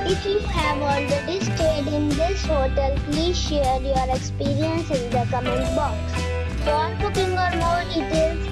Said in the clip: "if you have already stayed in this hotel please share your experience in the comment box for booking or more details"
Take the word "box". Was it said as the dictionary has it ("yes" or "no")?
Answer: yes